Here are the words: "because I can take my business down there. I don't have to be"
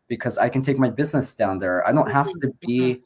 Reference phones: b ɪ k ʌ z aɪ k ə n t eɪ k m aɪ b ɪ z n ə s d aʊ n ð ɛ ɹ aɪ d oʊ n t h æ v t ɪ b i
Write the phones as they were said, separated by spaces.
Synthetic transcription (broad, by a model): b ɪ k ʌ z aɪ k ə n t eɪ k m aɪ b ɪ z n ə s d aʊ n ð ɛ ɹ aɪ d oʊ n t h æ f t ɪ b i